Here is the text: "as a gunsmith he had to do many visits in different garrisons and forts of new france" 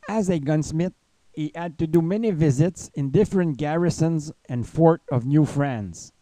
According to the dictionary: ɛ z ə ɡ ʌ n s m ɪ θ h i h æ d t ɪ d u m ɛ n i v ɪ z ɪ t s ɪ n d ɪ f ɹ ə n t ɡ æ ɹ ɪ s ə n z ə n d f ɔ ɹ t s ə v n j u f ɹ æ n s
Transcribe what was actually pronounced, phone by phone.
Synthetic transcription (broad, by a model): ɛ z ə ɡ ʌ n s m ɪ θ h i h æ d t ɪ d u m ɛ n i v ɪ z ɪ t s ɪ n d ɪ f ɹ ə n t ɡ æ ɹ ɪ s ə n z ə n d f ɔ ɹ t ə v n j u f ɹ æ n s